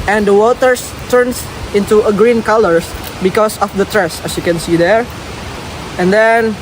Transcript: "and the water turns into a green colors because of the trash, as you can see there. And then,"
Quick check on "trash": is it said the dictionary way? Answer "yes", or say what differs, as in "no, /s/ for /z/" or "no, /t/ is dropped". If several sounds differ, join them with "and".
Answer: no, /s/ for /ʃ/